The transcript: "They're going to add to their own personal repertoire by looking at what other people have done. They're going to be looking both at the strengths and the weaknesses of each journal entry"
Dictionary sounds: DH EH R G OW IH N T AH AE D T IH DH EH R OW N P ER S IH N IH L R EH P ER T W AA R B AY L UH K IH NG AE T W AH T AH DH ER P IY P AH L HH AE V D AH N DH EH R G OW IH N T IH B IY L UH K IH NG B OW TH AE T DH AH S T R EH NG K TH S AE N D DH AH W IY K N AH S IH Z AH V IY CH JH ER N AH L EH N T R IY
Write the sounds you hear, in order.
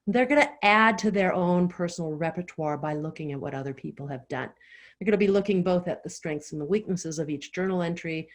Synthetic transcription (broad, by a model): DH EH R G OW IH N T AE D T IH DH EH R OW N P ER S N L R EH P ER T W AA R B AY L UH K IH NG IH T W AH T AH DH ER P IY P L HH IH V D AH N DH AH R G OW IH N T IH B IY L UH K IH NG B OW TH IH T DH AH S T R EH NG K TH S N DH AH W IY K N AH S IH Z AH V IY CH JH ER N L EH N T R IY